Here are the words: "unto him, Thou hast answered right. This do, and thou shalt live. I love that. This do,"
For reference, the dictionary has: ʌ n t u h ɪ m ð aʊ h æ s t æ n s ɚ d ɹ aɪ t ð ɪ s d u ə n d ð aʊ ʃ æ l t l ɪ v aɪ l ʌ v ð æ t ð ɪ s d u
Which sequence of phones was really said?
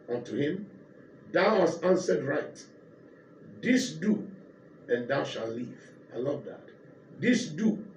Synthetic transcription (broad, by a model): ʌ n t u h ɪ m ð aʊ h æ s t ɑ n s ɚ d ɹ aɪ t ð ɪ s d u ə n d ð aʊ ʃ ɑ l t l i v aɪ l ʌ v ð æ t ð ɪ s d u